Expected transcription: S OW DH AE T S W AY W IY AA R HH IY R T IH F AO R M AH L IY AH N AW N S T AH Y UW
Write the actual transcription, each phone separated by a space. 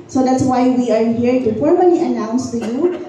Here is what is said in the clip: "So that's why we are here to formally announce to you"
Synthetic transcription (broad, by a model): S OW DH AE T S W AY W IY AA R HH IY R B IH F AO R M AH N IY AH N AW N S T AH Y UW